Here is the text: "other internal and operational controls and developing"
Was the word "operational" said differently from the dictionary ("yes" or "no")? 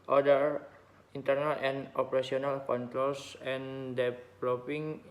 yes